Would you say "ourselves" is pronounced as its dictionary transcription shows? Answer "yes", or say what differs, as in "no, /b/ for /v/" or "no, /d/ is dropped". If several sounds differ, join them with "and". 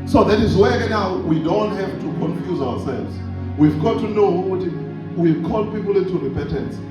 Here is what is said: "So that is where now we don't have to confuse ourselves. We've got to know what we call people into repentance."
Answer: no, /w/ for /ɹ/